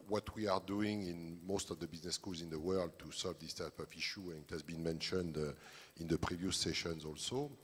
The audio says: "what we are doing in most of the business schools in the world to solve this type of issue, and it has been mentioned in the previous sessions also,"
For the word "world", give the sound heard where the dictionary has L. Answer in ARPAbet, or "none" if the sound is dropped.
L